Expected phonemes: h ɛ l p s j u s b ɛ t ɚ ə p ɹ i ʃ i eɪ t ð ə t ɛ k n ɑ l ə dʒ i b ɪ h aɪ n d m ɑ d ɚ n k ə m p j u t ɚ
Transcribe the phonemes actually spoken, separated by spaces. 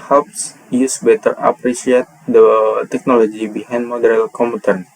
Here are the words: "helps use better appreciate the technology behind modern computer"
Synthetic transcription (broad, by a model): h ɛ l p s j u s b ɛ t ɚ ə p ɹ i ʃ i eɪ t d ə t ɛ k n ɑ l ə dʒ i b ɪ h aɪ n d m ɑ d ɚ l k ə m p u t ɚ